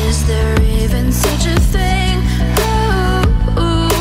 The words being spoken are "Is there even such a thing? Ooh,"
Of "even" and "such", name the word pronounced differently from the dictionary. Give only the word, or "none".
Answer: none